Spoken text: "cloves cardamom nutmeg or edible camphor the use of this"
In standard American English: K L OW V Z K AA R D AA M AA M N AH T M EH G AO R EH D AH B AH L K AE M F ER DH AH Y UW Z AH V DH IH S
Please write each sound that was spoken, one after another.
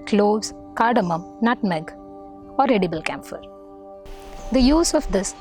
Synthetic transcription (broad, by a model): K L OW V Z K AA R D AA M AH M N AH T M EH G AO R EH D AH B AH L K AE M F ER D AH Y UW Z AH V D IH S